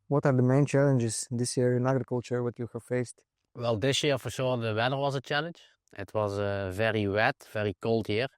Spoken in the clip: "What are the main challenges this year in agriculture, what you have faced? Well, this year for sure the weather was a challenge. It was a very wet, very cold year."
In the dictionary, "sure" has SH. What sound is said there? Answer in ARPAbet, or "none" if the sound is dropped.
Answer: S